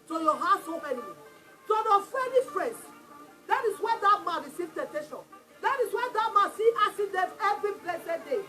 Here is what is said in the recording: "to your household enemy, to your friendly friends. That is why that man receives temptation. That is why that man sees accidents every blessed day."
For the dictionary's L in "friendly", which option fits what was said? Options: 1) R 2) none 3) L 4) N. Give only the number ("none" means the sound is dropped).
2